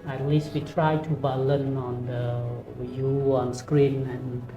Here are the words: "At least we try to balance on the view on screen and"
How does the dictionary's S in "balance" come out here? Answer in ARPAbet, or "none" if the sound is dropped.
none